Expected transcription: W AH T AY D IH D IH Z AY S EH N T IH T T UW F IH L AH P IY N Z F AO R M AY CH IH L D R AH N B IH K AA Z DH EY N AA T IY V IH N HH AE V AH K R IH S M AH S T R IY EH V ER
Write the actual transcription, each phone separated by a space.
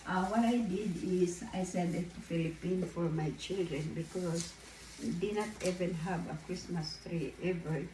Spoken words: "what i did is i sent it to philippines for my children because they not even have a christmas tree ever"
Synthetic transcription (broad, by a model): W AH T AY D IH D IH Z AY S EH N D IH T T UW F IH L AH P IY N F AO R M AY CH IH L D R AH N B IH K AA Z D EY N AA T IY V IH N HH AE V AH K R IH S M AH S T R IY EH V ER